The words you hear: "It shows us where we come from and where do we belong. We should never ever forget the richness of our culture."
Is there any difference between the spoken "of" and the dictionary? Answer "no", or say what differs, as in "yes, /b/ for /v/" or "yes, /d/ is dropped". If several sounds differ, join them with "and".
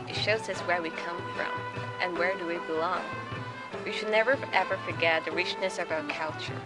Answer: no